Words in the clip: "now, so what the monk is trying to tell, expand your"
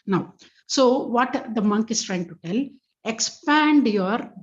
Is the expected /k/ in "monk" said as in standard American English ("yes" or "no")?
yes